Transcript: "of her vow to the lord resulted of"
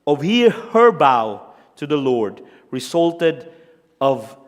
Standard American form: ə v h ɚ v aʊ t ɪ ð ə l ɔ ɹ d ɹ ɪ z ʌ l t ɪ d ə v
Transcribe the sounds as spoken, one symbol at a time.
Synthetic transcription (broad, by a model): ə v h ɚ b aʊ t ɪ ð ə l ɔ ɹ d ɹ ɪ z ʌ l t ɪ d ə v